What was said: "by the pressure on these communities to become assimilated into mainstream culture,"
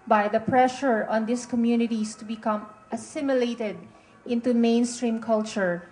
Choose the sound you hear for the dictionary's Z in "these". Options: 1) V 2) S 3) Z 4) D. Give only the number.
2